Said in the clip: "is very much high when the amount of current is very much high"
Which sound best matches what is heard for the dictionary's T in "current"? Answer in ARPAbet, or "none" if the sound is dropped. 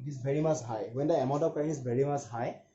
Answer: none